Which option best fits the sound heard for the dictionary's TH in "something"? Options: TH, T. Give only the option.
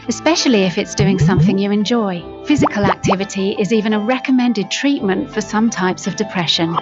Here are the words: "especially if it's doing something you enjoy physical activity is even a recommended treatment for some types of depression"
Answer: TH